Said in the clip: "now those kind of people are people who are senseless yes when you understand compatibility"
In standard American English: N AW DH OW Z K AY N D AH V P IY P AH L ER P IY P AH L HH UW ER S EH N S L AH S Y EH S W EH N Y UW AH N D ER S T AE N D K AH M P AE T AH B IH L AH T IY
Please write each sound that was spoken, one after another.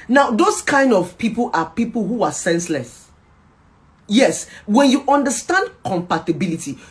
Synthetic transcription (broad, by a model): N AW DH OW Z K AY N D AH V P IY P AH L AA P IY P AH L HH UW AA S EH N S L AH S Y EH S W EH N Y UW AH N D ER S T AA N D K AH M P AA T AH B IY L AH T IY